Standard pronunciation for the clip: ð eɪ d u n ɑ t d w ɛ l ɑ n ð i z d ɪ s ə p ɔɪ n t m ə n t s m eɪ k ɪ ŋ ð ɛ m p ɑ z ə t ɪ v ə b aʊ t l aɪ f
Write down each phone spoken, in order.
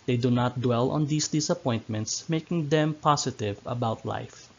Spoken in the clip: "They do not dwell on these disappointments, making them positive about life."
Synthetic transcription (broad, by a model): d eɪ d u n ɑ t d w ɛ l ɑ n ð i s d ɪ s ə p ɔɪ n t m ə n t s m eɪ k ɪ ŋ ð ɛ m p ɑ s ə t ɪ v ə b aʊ t l aɪ f